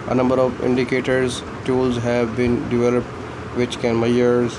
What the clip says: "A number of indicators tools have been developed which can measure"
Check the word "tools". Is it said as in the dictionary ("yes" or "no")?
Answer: yes